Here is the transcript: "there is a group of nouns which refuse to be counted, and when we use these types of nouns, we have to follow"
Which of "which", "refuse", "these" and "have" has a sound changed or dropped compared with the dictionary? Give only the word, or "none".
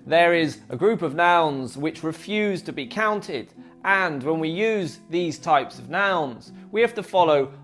have